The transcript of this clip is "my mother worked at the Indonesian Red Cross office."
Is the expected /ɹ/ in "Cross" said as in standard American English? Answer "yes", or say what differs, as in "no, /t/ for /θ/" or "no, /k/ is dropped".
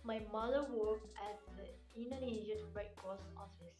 no, /ɹ/ is dropped